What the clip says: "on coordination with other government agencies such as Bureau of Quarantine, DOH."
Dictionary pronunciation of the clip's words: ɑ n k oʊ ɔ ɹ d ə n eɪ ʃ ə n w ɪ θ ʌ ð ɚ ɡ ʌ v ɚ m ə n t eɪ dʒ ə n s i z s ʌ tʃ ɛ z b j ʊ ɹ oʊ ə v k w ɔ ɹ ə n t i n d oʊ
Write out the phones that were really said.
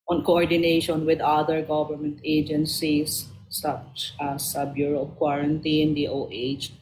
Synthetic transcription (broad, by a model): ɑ n k oʊ ɔ ɹ d ə n eɪ ʃ ə n w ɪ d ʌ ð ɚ ɡ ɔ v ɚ m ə n t eɪ dʒ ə n s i s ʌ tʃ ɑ s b j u ɹ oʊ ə p k w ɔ ɹ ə n t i n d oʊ